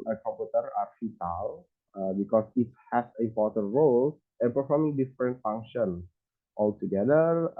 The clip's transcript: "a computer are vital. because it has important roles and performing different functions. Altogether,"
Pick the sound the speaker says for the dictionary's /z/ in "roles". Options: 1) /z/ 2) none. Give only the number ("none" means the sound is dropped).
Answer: 2